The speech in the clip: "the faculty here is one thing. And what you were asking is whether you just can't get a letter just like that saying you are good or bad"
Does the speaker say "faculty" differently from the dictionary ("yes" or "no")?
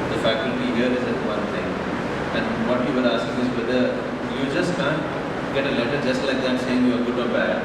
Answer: yes